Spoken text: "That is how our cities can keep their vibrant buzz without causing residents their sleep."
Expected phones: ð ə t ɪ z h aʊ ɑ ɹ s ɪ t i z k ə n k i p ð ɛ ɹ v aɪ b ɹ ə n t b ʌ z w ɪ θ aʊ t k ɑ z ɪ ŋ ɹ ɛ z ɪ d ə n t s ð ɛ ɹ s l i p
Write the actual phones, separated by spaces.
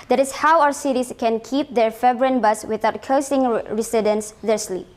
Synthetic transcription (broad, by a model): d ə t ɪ s h aʊ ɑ s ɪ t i s k ə n k i p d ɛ ɹ f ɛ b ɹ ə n b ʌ s w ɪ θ aʊ t k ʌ s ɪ ŋ ɹ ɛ s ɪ d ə n s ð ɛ ɹ s l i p